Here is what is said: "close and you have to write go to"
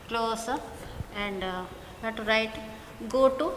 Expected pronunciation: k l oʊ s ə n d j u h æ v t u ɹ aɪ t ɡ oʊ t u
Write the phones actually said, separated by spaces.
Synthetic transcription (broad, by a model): k l oʊ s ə n d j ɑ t t u ɹ aɪ t ɡ oʊ t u